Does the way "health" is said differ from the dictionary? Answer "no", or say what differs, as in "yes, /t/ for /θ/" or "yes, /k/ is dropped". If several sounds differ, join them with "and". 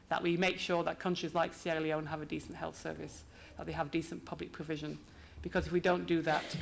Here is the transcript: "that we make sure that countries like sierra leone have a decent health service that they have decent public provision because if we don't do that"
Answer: no